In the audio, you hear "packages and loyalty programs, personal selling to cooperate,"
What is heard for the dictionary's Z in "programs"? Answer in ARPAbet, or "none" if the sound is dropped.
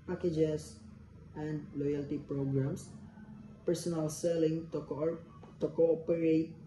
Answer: S